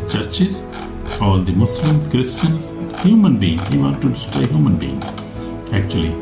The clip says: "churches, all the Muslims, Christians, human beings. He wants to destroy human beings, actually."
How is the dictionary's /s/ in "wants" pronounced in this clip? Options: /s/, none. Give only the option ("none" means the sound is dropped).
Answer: none